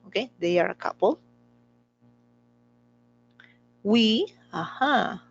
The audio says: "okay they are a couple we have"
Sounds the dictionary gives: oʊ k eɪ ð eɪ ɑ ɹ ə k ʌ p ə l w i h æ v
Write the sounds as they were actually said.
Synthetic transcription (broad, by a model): oʊ k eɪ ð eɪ ɑ ɹ ə k ʌ p ə l w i h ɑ